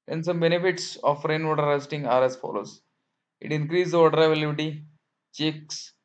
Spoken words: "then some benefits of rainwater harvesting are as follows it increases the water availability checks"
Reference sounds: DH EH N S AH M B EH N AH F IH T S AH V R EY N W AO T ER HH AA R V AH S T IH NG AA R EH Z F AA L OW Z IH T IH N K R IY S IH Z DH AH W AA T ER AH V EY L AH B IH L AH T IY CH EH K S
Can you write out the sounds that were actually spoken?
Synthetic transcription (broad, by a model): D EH N S AH M B EH N AH F IH T S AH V R EY N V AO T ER R AH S T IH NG AA R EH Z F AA L OW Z IH T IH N K R IY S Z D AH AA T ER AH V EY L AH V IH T IY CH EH K S